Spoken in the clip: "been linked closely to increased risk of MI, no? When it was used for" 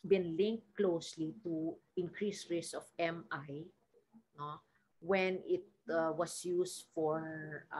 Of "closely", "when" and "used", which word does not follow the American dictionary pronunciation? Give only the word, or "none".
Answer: used